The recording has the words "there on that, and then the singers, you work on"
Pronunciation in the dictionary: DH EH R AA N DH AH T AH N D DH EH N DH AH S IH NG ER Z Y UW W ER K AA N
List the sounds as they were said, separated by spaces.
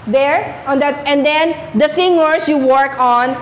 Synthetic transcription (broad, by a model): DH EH R AA N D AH T AH N D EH N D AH S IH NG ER S Y UW W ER K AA N